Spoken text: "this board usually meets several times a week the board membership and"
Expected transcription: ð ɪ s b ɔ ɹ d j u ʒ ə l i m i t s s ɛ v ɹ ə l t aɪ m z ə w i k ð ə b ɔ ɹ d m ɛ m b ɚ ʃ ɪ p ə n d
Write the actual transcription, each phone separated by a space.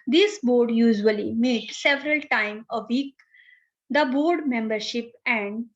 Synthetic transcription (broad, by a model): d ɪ s b ɔ ɹ d j u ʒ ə l i m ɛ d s s ɛ v ɹ ə l t aɪ m ə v i k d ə b ɔ ɹ d m ɛ m b ɚ ʃ ɪ p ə n d